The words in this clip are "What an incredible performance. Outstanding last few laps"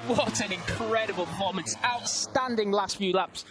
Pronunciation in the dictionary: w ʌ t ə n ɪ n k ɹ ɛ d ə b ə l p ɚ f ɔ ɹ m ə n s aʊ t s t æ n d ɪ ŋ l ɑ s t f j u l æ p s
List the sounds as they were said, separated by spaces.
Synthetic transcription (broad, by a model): w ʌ t ə n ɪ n k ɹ ɛ d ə b ə l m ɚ ʊ m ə n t aʊ t s t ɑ n d ɪ ŋ l ɑ s t f j u l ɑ p s